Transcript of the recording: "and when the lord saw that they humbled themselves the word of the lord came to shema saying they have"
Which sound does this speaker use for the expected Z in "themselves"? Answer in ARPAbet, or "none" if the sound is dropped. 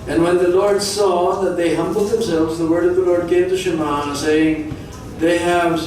Z